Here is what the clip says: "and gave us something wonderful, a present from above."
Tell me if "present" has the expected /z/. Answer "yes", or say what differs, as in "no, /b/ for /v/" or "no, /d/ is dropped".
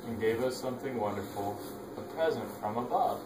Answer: yes